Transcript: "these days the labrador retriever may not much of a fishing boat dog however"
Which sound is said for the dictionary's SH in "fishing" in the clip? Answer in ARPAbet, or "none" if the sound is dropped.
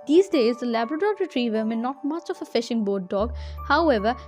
SH